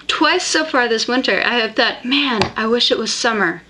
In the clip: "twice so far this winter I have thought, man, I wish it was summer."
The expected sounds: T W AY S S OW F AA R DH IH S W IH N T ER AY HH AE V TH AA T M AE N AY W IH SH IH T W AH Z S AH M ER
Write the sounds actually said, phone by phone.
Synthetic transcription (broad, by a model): T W AY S S OW F AA R DH IH S W IH N T ER AY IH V TH AA T M AE N AY W IH SH IH T W AH Z S AH M ER